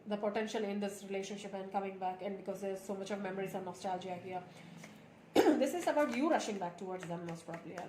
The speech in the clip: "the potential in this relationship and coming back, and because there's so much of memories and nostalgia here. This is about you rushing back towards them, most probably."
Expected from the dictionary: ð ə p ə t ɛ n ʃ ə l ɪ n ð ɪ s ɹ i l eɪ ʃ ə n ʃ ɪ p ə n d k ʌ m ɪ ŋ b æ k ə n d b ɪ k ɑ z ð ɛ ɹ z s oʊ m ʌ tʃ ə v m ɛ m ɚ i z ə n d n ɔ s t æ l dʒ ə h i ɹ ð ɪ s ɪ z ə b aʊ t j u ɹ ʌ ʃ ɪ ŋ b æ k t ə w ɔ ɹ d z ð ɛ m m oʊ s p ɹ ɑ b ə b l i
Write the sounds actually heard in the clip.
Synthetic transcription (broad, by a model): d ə p ə t ɛ n ʃ ə l ɪ n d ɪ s ɹ i l eɪ ʃ ə n ʃ ɪ p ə n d k ʌ m ɪ ŋ b æ k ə n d b ɪ k ɑ z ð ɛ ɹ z s oʊ m ʌ tʃ ə v m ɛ m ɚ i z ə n n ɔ s t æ l dʒ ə h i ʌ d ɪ s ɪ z ə b aʊ t j u ɹ ʌ ʃ ɪ ŋ b æ k t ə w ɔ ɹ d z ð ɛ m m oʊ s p ɹ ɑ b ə l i